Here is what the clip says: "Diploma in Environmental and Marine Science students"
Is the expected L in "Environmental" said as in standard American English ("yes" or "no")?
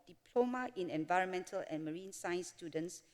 yes